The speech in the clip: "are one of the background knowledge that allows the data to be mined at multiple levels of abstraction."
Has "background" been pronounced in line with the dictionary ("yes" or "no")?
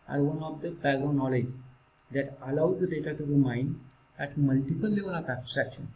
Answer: no